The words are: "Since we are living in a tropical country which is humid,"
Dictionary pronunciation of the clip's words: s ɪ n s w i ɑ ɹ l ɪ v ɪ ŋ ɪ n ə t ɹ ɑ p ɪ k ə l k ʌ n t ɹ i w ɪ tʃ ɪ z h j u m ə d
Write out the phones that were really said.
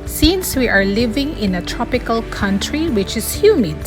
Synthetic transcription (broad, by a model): s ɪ n s w i ɑ ɹ l ɪ v ɪ ŋ ɪ n ə t ɹ ɑ p ɪ k ə l k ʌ n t ɹ i w ɪ tʃ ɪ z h j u m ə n